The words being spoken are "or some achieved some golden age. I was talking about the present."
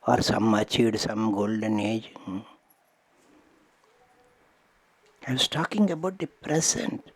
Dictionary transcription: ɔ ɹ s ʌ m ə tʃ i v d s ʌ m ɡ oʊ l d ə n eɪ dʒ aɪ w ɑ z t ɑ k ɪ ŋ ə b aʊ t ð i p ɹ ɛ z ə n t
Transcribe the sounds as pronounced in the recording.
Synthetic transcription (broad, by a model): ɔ ɹ s ʌ m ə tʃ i d s ʌ m ɡ oʊ l d ə n eɪ dʒ aɪ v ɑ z t ɑ k ɪ ŋ ə b aʊ t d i p ɹ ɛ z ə n t